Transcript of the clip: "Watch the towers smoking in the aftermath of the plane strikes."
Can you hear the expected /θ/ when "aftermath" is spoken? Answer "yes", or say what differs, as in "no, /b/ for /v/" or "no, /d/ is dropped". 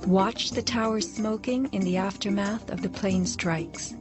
yes